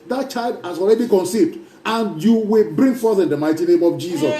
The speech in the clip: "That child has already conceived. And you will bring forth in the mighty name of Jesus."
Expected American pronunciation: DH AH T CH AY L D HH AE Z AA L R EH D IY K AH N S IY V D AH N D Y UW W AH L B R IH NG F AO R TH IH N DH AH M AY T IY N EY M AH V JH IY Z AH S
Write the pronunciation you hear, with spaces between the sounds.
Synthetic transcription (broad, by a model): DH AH T CH AY L D HH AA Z AA L R EH D IY K AH N S IY V D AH N Y UW W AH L B R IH NG F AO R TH IH N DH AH M AY T IY N EY M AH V JH IY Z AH S